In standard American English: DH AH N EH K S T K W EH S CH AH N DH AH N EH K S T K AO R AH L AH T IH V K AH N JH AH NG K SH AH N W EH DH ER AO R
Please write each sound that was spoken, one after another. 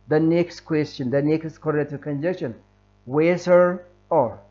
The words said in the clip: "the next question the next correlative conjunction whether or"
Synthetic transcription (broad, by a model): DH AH N EH K S T K W EH S CH AH N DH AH N EH K S T K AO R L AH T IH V K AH N JH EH K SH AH N W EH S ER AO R